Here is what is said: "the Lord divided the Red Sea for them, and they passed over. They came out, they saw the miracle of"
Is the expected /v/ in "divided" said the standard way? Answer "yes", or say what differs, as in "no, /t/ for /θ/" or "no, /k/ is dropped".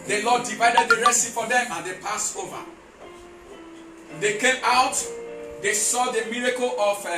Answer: yes